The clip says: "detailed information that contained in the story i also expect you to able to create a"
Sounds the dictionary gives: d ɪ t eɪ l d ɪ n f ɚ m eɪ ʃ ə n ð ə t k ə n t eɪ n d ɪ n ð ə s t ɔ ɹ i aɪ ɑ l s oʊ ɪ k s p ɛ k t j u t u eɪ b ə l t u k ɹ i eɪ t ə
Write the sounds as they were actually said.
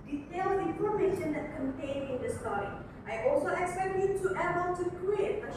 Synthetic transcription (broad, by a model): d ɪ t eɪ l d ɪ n f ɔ m eɪ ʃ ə n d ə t k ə n t eɪ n ɪ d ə s t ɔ ɹ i aɪ ɑ l s oʊ ɪ k s p ɛ k t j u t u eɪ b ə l t u k ɹ i eɪ t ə